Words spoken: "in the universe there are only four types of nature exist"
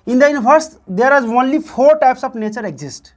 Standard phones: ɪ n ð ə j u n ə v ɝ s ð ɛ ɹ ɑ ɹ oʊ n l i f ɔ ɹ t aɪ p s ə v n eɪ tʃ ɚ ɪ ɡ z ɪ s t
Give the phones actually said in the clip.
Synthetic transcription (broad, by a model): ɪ n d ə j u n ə p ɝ s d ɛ ɹ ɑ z oʊ n l i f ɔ ɹ t aɪ p s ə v n eɪ tʃ ɚ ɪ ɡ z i s t